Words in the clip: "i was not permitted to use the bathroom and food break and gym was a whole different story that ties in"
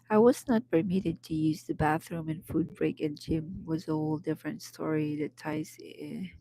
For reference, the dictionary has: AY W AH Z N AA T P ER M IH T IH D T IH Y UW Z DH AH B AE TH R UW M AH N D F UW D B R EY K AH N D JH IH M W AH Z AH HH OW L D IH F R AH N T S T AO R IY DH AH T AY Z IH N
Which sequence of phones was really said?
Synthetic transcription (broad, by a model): AY W AH Z N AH T P ER M IH T IH D T IH Y UW Z DH AH B AE TH R UW M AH N F UW D B R EY K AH N JH IH M W AH Z AH HH OW L D IH F R AH N T S T AO R IY DH AH T AY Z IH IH